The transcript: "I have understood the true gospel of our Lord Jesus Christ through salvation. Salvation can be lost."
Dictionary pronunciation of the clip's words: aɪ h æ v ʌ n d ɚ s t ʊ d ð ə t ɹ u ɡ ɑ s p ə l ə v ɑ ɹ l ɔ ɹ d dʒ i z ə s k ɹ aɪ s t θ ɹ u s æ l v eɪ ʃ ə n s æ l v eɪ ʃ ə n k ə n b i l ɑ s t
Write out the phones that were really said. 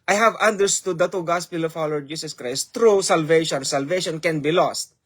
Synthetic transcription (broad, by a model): aɪ h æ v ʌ n d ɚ s t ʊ d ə t u ɡ ɑ s p ə l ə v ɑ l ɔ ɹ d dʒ i s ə s k ɹ aɪ s t ɹ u s æ l v eɪ ʃ ə n s æ l v eɪ ʃ ə n k ə n b i l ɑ s t